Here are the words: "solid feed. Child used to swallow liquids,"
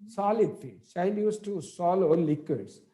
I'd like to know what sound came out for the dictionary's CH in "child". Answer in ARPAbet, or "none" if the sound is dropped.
SH